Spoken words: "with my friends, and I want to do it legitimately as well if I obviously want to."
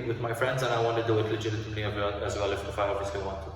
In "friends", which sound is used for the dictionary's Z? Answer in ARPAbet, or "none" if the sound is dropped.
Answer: Z